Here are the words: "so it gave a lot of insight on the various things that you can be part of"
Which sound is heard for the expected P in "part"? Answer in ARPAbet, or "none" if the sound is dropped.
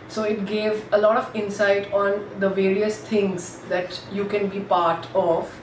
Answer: P